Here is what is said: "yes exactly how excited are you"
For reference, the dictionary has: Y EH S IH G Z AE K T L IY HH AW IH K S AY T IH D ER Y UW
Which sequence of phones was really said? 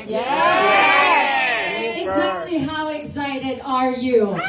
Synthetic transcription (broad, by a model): Y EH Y IH G Z AE K T L IY HH AW IH K S AY T IH D ER Y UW